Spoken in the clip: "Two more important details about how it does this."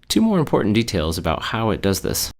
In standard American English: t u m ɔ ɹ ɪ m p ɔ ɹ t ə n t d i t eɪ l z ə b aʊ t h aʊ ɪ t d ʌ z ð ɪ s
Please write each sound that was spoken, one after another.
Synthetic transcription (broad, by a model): t u m ɔ ɹ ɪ m p ɔ ɹ t n d i t eɪ l z ə b aʊ t h aʊ ɪ t d ʌ z ð ɪ s